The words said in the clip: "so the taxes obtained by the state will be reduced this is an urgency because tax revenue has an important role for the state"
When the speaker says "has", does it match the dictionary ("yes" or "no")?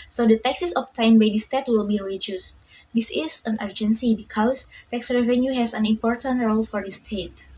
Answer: no